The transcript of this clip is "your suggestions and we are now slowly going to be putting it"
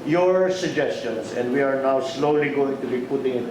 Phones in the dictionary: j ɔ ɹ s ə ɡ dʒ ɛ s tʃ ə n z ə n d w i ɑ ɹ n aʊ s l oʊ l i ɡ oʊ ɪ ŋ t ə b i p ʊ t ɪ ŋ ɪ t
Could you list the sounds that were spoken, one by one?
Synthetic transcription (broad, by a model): j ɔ ɹ s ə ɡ dʒ ɛ s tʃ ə n s ə n d w i ɑ ɹ n aʊ s l oʊ l i ɡ oʊ ɪ ŋ t ə b i p ʊ t ɪ ŋ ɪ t